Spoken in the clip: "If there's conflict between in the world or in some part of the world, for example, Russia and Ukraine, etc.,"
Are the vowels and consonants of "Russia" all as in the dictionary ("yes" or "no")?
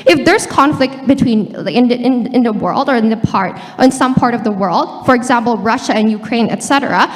yes